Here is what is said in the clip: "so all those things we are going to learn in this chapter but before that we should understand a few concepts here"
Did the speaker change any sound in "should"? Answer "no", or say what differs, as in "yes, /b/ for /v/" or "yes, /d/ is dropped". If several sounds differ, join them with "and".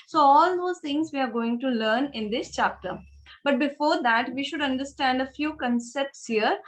no